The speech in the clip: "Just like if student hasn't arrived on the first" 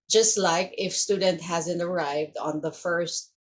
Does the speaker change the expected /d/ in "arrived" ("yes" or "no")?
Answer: no